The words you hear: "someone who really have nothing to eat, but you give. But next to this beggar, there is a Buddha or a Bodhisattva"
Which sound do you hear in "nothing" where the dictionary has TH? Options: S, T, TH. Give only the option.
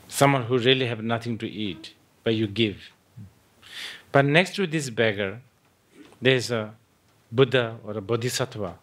T